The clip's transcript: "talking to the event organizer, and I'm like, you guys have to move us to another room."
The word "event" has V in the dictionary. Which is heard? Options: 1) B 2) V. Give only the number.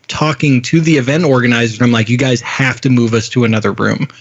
2